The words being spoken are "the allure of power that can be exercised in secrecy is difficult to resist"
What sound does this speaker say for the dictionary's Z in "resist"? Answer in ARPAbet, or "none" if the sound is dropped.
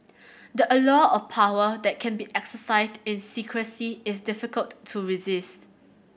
Z